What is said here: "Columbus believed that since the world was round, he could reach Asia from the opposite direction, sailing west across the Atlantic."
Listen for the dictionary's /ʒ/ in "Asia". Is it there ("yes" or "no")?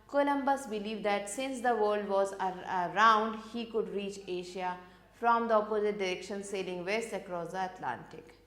no